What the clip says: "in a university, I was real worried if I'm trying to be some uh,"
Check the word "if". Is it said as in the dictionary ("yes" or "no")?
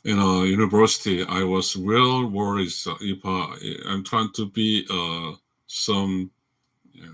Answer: no